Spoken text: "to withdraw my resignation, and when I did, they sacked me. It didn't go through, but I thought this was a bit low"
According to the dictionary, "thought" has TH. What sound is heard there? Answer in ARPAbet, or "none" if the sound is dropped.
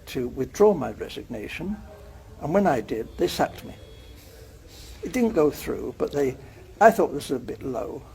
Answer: TH